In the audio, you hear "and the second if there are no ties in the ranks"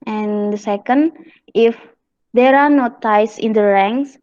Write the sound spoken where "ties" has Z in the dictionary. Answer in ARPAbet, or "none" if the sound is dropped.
S